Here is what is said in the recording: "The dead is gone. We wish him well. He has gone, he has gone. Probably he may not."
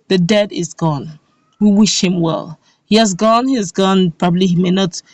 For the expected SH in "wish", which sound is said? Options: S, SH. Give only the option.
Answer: SH